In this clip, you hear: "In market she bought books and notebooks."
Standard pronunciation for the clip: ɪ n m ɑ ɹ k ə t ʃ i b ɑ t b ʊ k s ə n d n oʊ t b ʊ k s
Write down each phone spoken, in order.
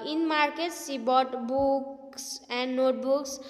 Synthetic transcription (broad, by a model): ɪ n m ɑ ɹ k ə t s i b ɑ t b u k s ə n d n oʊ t b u k s